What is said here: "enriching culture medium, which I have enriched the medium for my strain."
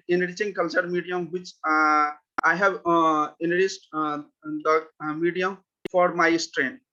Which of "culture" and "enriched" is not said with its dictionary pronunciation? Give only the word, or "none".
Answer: enriched